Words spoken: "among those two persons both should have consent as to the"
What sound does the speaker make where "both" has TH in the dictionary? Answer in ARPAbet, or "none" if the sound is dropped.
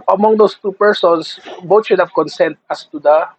T